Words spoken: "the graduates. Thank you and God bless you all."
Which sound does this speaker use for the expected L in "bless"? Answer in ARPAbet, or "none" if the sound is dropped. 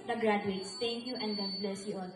L